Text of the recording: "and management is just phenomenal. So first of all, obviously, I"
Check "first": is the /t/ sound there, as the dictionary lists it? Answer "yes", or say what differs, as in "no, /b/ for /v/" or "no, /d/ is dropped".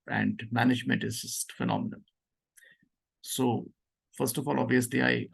yes